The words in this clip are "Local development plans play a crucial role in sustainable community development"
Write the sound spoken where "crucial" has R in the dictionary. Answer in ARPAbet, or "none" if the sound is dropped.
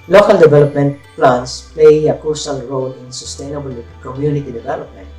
none